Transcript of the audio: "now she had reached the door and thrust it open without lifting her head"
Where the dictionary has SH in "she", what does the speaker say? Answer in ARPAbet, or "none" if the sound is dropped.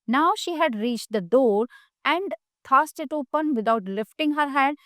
SH